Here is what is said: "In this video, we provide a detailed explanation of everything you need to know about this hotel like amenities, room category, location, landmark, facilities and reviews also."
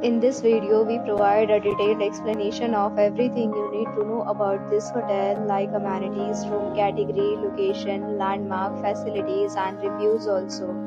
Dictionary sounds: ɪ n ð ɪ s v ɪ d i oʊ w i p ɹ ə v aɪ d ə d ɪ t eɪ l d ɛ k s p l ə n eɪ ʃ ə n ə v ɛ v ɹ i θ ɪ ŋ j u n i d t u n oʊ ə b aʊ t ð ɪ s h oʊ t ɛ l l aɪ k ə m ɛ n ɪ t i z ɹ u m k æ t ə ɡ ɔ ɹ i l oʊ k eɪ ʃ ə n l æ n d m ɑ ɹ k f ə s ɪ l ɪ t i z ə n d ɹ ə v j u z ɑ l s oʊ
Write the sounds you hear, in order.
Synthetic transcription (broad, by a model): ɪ n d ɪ s v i d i oʊ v i p ɹ ə v aɪ d ə d ɪ t eɪ l d ɛ k s p l ə n eɪ ʃ ə n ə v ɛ v ɹ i t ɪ ŋ j u n i d t u n oʊ ə b aʊ t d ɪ s h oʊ t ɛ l l aɪ k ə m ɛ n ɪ t i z ɹ u m k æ t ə ɡ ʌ ɹ i l oʊ k eɪ ʃ ə n l æ n d m ɑ ɹ k f ə s ɪ l ɪ t i z ə n d ɹ ə v j u z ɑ l s oʊ